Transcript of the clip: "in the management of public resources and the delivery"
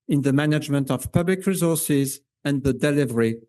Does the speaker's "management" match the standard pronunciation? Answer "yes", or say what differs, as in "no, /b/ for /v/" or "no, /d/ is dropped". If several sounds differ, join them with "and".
yes